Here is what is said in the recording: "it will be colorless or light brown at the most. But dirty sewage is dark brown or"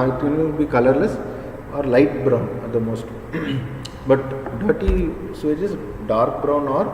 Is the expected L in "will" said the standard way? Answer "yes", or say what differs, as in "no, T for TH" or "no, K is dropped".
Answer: no, N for L